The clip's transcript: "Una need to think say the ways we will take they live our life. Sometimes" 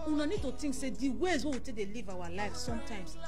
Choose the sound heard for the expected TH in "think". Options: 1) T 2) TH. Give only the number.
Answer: 1